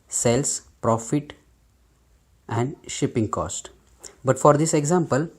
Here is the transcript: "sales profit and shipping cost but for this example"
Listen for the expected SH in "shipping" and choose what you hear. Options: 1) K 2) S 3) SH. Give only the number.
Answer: 3